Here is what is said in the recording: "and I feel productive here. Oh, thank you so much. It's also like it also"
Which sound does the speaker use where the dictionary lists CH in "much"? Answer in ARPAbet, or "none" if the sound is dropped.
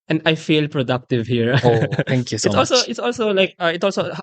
S